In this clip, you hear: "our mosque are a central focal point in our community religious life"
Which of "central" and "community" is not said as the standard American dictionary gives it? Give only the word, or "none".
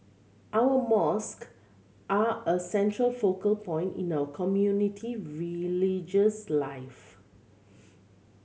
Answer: none